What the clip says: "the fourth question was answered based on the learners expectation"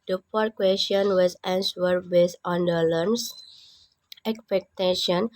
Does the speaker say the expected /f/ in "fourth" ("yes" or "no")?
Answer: no